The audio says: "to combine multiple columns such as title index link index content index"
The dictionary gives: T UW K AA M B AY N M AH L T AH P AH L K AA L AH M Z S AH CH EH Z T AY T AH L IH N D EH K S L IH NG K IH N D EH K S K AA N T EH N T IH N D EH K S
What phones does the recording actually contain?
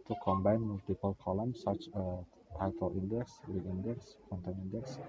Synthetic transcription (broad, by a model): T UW K AA M B AY N M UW L T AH P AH L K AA L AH M S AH CH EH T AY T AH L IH N D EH K S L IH K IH N D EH K S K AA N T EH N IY N D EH K S